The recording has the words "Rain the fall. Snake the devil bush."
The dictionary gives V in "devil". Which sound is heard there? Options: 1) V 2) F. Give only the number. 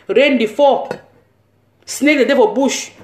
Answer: 2